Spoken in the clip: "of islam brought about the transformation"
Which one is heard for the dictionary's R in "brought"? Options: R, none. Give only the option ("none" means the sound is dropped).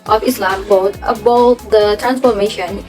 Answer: none